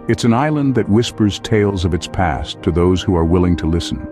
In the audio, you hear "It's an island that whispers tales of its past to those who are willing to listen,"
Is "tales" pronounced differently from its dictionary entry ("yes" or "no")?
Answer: no